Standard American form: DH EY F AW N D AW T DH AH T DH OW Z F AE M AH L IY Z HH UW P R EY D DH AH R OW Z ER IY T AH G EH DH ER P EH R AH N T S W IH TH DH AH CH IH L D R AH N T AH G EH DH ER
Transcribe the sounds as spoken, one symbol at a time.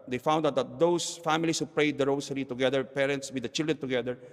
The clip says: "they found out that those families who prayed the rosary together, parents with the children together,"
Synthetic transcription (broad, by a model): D EY F AW N D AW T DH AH T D OW S F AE M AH L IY S HH UW P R EY D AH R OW S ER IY T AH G EH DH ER P EH R AH N T S W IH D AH CH IH L D R AH N T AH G EH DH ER